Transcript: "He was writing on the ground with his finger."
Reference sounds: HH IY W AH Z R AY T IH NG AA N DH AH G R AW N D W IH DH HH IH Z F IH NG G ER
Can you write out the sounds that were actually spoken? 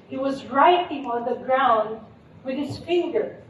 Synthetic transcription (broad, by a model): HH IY W AH Z R AY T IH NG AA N DH AH G R AW N D W IH DH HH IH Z F IH NG G ER